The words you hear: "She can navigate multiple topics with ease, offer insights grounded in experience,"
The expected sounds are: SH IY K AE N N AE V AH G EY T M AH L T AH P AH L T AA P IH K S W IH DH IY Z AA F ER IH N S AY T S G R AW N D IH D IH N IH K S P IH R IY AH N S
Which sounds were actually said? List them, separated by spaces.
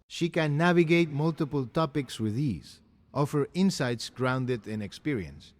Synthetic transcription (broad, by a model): SH IY K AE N N AE V AH G EY T M AH L T AH P AH L T AA P IH K S W IH DH IY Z AA F ER IH N S AY T S G R AW N D IH D IH N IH K S P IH R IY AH N S